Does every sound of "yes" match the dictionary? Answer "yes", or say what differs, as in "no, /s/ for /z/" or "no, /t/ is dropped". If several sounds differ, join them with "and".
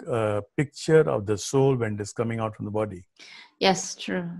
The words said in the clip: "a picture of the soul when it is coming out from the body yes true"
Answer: yes